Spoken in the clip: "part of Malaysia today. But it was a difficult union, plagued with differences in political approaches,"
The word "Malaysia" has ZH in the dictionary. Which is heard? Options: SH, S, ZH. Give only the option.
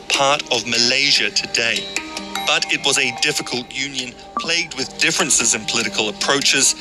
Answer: ZH